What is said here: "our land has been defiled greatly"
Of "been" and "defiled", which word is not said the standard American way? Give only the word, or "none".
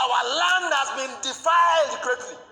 defiled